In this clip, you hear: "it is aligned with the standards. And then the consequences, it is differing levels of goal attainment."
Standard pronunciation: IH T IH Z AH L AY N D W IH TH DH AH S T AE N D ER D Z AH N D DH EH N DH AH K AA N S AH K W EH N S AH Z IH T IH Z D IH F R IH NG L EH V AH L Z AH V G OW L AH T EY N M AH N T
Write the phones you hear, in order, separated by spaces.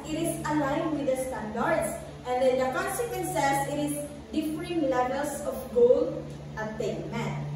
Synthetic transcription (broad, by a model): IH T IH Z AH L AY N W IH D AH S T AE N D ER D S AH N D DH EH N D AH K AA N S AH K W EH N S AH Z IH T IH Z D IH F R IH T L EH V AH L S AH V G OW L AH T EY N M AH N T